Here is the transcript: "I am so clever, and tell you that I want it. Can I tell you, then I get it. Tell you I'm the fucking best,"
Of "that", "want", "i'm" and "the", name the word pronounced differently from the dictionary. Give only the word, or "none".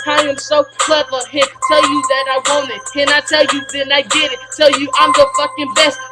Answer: want